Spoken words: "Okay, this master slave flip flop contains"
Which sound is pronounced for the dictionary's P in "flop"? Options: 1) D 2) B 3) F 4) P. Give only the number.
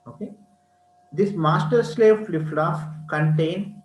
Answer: 3